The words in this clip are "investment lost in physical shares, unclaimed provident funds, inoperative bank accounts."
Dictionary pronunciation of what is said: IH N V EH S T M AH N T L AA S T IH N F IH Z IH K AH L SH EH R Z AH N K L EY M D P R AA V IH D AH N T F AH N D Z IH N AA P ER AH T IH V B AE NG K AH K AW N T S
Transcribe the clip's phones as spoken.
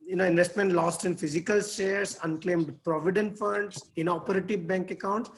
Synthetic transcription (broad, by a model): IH N V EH S T M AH N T L AA S T IH N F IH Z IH K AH L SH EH R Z AH N K L EY M D P R AA V IH D AH N T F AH N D S IH N AA P ER AH T IH V B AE NG K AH K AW N T S